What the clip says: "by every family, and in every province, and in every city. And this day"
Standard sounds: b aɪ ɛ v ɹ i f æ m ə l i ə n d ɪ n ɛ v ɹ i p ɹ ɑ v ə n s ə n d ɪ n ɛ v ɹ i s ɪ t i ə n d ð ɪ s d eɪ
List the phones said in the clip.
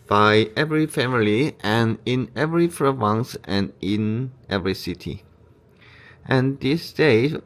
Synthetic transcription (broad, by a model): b aɪ ɛ v ɹ i f æ m ə l i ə n ɪ n ɛ v ɹ i f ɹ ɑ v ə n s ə n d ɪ n ɛ v ɹ i s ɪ t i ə n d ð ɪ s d eɪ